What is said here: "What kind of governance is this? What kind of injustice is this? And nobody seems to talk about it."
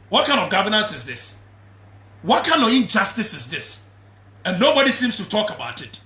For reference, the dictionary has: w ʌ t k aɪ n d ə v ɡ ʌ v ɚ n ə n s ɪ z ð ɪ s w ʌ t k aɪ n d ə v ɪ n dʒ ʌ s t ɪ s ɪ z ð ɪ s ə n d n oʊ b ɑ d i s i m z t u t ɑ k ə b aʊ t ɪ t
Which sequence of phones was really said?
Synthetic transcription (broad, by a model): w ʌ t k aɪ n d ə v ɡ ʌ v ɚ n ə n s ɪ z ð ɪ s w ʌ t k aɪ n d ə v ɪ n dʒ ʌ s t ɪ s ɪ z ð ɪ s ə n n oʊ b ɑ d i s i m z t u t ɑ k ə b aʊ t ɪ t